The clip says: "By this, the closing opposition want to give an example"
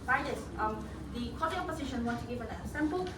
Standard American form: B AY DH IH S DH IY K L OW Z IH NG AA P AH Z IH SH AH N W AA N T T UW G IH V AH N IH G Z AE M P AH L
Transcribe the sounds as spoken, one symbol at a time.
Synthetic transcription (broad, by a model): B AY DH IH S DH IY K OW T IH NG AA P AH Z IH SH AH N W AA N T T UW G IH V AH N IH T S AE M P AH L